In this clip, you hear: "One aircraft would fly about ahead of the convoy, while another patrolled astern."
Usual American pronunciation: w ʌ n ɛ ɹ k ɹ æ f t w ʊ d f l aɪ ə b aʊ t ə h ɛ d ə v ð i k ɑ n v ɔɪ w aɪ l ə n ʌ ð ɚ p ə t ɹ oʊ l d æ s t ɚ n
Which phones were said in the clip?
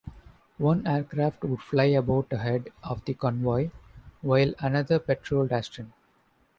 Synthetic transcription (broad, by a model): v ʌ n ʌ ɹ k ɹ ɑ f t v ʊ d f l aɪ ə b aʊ t ə h ɛ d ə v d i k ɑ n v ɔɪ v aɪ l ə n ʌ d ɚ p ə t ɹ oʊ l d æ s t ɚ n